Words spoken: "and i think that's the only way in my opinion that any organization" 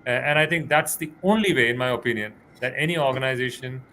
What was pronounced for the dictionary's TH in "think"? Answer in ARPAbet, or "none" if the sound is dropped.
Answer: T